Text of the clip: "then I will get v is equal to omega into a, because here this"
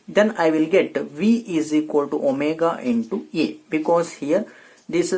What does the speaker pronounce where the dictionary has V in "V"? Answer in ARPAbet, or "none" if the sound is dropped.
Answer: V